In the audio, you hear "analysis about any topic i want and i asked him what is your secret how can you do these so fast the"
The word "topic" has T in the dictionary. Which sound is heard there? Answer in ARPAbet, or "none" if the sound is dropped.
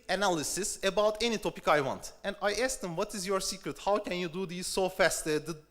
T